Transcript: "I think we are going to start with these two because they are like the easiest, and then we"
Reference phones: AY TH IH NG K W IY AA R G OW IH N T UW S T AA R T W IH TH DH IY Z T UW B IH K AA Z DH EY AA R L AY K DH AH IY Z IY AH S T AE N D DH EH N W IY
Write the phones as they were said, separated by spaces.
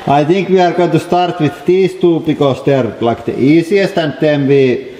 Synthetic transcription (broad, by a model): AY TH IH NG K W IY AA R G OW IH N T UW S T AA R T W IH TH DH IY S T UW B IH K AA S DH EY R L AY K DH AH IY S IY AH S T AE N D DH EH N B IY